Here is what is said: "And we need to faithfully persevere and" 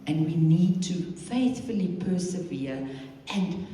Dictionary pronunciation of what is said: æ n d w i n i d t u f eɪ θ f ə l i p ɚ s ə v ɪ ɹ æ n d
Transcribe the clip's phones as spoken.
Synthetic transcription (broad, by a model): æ n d w i n i d t u f eɪ θ f ə l i p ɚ s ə v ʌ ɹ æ n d